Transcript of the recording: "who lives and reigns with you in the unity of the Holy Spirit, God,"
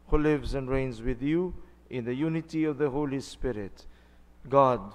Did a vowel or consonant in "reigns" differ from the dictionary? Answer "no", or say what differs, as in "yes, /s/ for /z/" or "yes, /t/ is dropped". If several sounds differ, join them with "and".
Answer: no